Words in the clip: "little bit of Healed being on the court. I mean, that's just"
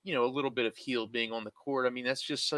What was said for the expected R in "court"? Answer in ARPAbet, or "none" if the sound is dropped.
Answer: R